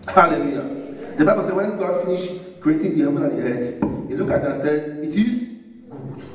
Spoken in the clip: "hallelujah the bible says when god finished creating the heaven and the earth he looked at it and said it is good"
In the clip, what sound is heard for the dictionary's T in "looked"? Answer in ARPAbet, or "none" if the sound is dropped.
none